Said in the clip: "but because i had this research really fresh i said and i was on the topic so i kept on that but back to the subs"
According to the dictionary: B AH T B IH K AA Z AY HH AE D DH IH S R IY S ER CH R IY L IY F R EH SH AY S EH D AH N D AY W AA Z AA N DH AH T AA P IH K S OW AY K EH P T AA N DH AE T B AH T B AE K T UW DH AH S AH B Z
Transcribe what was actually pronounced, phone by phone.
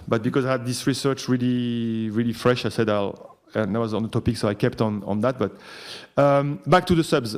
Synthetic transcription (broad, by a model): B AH T B IH K AA Z AY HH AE D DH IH S R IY S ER CH R IY L IY F R EH SH AY S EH D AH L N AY W AA Z AA N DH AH T AA P IH K S OW AY K EH P T AA N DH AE T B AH T B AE K T UW DH AH S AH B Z